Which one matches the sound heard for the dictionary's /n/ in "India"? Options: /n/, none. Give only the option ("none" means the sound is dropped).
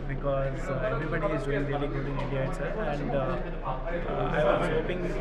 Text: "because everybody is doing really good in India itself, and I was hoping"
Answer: none